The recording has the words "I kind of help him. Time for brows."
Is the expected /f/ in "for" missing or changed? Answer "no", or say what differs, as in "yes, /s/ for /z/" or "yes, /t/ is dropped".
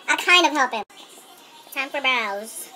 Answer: yes, /p/ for /f/